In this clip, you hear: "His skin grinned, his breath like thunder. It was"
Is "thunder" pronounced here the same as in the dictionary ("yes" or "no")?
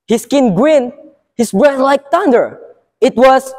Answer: no